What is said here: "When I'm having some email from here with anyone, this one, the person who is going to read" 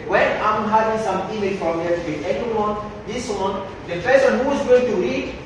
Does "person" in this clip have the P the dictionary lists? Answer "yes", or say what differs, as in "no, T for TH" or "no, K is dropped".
no, F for P